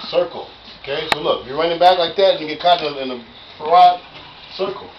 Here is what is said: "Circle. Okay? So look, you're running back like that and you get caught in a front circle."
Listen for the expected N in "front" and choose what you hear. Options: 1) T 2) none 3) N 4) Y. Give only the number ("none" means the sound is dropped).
2